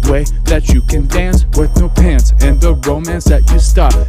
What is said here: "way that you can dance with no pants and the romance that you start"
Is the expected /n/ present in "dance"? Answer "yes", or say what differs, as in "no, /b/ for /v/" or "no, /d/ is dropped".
yes